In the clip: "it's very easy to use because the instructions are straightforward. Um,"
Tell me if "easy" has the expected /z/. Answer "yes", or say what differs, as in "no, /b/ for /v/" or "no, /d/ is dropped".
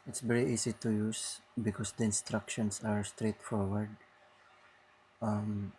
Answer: no, /s/ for /z/